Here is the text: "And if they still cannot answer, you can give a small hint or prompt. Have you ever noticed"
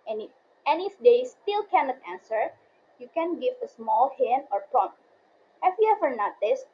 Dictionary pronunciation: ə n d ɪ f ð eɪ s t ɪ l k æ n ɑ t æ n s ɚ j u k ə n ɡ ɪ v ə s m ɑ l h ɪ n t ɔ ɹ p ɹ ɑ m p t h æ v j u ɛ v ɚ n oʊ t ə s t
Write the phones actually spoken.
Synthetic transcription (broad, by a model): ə n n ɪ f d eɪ s t ɪ l k æ n ɑ t æ n s ɚ j u k ə n ɡ ɪ v ə s m ɑ l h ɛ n ɔ ɹ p ɹ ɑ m h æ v j u ɛ v ɚ n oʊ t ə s